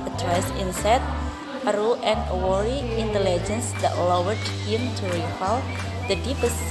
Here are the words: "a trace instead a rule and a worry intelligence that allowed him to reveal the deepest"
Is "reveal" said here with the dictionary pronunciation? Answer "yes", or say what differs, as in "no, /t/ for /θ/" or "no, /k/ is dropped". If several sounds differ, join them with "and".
no, /f/ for /v/